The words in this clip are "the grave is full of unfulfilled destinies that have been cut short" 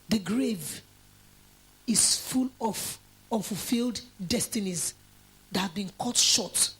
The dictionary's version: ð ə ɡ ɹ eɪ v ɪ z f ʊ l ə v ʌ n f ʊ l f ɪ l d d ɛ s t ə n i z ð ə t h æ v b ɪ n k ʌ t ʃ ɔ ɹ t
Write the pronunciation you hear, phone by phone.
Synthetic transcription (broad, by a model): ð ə ɡ ɹ eɪ v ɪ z f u l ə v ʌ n f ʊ l f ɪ l d d ɛ s t ə n i z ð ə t h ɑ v b ɪ n k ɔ t ʃ ɔ t